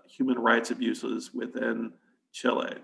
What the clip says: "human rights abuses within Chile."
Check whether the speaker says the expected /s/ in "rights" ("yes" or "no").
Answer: yes